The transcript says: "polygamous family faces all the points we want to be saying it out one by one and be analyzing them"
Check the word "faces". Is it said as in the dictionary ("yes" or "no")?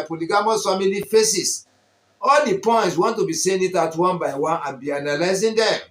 no